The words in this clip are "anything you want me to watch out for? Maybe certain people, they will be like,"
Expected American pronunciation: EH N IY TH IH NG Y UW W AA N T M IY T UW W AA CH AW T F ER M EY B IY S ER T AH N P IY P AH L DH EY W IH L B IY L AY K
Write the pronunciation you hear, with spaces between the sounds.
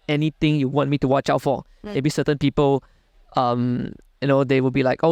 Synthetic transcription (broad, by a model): EH N IY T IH NG Y UW W AA N T M IY T UW W AA CH AW T F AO M EY B IY S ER T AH N P IY P AH L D EY W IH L B IY L AY K